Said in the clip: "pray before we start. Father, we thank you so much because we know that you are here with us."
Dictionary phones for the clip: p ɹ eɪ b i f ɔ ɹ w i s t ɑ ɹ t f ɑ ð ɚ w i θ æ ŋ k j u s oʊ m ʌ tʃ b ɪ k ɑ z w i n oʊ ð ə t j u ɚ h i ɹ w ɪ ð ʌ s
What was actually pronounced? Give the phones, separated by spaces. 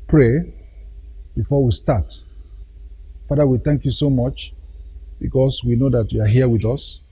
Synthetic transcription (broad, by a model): p ɹ eɪ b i f ɔ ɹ w i s t ɑ t f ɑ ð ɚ w i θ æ ŋ k j u s oʊ m ʌ tʃ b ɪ k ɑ s w i n oʊ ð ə t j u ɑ h i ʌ w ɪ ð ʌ s